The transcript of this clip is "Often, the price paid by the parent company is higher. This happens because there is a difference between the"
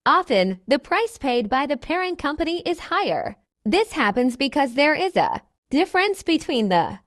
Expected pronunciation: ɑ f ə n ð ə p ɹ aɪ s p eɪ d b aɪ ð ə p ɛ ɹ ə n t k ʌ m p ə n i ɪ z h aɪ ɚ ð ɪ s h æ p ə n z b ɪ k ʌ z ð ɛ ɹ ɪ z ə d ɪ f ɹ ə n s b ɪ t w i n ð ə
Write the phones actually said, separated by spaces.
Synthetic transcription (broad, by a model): ɑ f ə n ð ə p ɹ aɪ s p eɪ d b aɪ ð ə p ɛ ɹ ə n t k ʌ m p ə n i ɪ z h aɪ ɚ ð ɪ s h æ p ə n z b ɪ k ʌ z ð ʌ ɹ ɪ z ə d ɪ f ɹ ə n s b ɪ t w i n ð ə